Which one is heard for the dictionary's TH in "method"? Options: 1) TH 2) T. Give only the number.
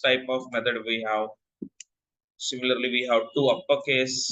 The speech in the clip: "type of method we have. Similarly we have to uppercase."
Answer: 2